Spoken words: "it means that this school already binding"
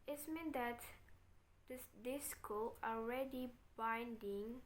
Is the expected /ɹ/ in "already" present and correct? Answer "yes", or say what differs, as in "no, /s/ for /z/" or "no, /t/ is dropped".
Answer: yes